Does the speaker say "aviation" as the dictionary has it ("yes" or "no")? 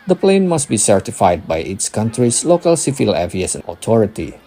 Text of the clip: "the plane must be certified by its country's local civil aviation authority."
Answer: no